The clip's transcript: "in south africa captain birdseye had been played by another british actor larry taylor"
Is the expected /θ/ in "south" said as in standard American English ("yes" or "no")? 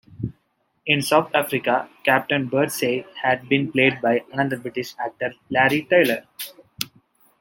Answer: no